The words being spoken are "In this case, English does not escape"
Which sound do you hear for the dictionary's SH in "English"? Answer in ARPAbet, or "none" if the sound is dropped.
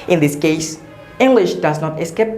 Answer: SH